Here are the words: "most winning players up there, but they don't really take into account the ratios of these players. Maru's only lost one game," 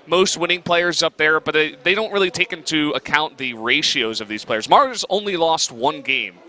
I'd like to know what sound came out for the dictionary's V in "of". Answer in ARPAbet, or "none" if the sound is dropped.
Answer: V